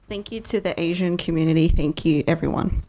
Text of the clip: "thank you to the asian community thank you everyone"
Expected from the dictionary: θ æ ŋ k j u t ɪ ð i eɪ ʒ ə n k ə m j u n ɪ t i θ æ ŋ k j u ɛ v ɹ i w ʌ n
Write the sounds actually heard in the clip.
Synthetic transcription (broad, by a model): θ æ ŋ k j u t ɪ ð i eɪ ʒ ə n k ə m j u n ɪ t i θ æ ŋ k j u ɛ v ɹ i w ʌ n